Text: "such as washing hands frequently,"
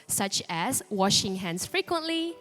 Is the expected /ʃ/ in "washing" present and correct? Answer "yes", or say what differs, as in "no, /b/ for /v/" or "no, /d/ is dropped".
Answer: yes